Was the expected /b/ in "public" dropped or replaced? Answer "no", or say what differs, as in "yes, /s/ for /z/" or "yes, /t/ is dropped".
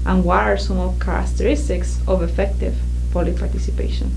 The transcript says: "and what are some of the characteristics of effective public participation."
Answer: yes, /b/ is dropped